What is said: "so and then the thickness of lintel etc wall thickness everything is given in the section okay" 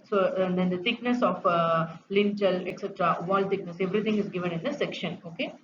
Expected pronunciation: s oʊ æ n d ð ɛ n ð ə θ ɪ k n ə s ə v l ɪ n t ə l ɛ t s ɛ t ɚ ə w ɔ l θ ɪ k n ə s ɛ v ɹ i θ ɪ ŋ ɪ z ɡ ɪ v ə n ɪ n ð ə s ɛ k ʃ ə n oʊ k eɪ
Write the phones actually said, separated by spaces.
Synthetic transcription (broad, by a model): s oʊ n d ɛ n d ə t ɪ k n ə s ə f l ɪ n t ə l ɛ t s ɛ t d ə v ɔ l t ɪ k n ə s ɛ v ɹ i t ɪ ŋ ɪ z ɡ ɪ v ə n ɪ n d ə s ɛ k ʃ ə n oʊ k eɪ